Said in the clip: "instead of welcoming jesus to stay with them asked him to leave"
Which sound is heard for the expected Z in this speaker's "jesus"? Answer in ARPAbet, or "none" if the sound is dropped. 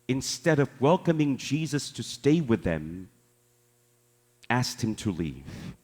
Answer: Z